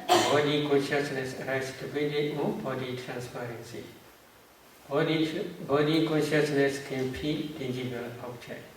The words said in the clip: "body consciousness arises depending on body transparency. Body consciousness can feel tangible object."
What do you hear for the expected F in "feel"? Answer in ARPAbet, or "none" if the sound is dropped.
P